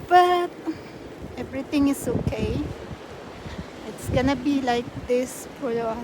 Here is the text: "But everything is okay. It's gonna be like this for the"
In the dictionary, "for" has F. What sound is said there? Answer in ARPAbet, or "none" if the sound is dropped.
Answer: P